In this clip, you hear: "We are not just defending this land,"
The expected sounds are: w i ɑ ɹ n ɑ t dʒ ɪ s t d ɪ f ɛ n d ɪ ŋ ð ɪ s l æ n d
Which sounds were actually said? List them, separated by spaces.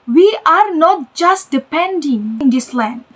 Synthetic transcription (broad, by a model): w i ɑ ɹ n ɑ t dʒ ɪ s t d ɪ p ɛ n d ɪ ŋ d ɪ s l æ n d